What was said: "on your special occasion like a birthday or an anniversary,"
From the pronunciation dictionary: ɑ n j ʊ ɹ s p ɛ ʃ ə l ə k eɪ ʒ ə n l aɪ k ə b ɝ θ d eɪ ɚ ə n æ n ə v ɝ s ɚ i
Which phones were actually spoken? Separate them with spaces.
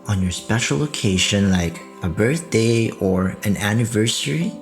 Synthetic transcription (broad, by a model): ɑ n j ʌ ɹ s p ɛ ʃ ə l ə k eɪ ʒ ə n l aɪ k ə b ɝ θ d eɪ ɚ ə n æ n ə v ɝ s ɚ i